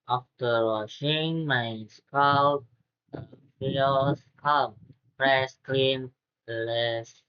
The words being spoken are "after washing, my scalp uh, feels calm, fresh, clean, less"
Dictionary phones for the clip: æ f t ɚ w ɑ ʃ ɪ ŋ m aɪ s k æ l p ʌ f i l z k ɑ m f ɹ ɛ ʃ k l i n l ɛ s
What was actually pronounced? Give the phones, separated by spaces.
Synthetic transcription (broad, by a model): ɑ f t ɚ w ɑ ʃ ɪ ŋ m aɪ s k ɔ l ʌ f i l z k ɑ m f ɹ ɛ s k l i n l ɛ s